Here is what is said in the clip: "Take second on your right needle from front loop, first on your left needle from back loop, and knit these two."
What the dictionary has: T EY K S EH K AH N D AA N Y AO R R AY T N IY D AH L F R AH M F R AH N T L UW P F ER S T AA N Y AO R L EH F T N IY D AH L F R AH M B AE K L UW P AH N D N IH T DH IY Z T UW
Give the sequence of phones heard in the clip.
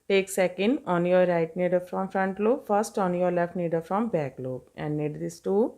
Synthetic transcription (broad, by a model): T EY K S EH K AH N D AA N Y AO R R AY T N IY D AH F R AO M F R AH N T L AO F ER S T AA N Y AO R L EH F T N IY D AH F R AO M B AE K L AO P AH N D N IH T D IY S T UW